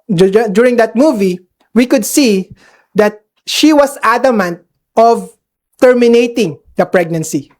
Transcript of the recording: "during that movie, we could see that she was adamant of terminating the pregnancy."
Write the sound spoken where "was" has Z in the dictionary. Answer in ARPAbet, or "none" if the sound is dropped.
S